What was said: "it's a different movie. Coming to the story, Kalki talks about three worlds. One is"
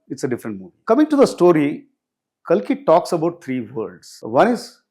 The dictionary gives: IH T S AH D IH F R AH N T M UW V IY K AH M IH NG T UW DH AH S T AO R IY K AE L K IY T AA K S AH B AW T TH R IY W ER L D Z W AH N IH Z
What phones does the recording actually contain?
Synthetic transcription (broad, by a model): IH T S AH D IH F R AH N T M UW V IY K AH M IH NG T UW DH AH S T AO R IY K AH L K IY T AA K S AH B AW T T R IY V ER D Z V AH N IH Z